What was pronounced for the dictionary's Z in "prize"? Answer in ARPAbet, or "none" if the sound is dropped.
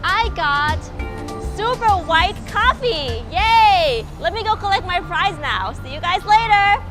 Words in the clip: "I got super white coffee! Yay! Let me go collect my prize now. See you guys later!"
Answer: Z